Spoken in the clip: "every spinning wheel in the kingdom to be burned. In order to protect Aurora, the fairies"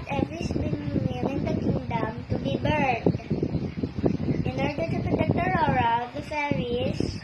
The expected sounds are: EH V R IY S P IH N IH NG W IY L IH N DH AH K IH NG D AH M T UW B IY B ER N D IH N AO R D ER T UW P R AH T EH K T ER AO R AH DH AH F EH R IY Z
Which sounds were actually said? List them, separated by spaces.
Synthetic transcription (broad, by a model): EH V R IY S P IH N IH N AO N IH N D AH K IH NG D AH M T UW B IY B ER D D IH N AO R D ER T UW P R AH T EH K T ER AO R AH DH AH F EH R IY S